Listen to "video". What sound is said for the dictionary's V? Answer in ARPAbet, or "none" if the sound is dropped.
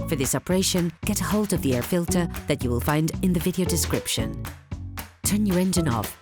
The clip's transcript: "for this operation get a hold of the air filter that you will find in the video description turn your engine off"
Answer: V